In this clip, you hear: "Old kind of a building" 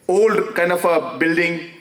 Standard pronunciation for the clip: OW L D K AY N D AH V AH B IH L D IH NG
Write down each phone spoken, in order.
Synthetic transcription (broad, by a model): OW L D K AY N AH F AH B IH L D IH NG